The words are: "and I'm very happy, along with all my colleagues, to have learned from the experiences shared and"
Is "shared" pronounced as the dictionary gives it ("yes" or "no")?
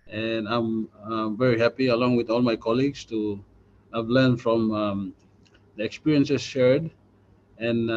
yes